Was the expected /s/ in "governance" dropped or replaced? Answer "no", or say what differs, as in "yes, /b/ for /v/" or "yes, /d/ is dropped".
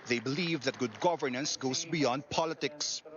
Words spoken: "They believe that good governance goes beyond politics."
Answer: no